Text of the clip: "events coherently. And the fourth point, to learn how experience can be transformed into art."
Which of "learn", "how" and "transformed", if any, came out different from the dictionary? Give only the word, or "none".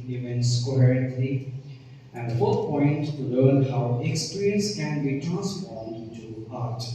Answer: transformed